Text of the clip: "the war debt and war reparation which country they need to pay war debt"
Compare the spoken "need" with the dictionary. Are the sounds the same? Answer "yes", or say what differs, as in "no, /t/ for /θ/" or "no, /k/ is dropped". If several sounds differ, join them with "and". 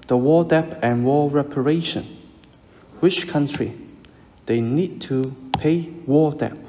yes